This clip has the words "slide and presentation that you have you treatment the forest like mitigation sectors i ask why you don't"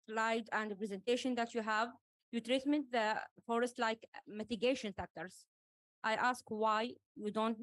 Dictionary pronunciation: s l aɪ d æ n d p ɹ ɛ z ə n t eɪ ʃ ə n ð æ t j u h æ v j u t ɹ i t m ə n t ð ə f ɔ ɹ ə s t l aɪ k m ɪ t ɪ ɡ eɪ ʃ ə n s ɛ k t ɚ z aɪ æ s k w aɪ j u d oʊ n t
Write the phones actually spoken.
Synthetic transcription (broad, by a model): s l aɪ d æ n d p ɹ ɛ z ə n t eɪ ʃ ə n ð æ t j u h æ v j u t ɹ i t m ə n t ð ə f ɔ ɹ ə s t l aɪ k m ɪ t ɪ ɡ eɪ ʃ ə n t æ k t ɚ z aɪ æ s k w aɪ j u d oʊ n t